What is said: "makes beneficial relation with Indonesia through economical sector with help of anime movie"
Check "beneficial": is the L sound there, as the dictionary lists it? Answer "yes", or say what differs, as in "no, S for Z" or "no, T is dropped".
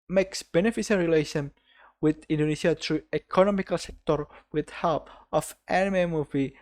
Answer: no, N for L